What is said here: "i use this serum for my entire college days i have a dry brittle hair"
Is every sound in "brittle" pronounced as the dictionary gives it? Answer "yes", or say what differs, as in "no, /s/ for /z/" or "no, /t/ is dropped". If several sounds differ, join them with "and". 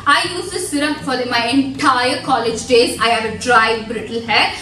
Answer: yes